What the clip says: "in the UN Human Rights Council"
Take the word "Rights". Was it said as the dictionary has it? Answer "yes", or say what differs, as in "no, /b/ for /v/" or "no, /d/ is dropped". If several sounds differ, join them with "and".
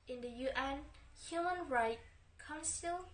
no, /s/ is dropped